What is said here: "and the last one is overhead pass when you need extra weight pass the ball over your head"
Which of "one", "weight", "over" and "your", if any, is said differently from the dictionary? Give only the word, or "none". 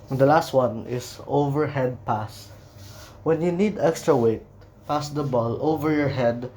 none